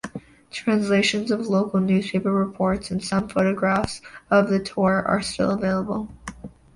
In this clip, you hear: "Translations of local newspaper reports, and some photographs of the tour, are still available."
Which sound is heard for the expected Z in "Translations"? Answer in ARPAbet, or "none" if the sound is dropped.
Z